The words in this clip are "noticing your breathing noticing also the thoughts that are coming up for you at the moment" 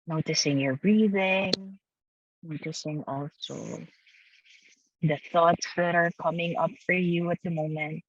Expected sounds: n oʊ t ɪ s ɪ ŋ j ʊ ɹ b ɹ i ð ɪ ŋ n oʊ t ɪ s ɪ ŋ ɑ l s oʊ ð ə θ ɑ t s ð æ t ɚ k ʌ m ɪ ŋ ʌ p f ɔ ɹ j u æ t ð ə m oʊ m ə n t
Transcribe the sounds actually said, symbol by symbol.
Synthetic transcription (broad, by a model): n oʊ t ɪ s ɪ ŋ j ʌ ɹ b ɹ i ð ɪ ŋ n oʊ t ɪ s ɪ ŋ ɑ l s oʊ ð ə θ ɑ t s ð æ t ɚ k ʌ m ɪ ŋ ʌ p f ɔ ɹ j u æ t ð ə m oʊ m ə n t